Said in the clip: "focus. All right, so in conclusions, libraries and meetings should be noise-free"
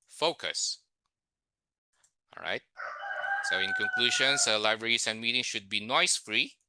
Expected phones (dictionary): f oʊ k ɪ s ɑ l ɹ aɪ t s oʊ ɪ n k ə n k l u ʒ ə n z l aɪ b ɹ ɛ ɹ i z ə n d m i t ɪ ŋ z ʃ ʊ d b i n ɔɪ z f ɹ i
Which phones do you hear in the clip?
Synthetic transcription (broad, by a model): f oʊ k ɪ s ɑ l ɹ aɪ t s oʊ ɪ n k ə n k l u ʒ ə n s l aɪ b ɹ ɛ ɹ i s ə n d m i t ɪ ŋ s ʃ ʊ d b i n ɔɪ s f ɹ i